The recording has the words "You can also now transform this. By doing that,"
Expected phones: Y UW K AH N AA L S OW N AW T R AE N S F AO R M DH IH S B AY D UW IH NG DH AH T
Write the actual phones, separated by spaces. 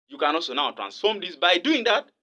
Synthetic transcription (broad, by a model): Y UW K AH N AA L S OW N AW T R AE N S F AO R M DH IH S B AY D UW IH NG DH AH T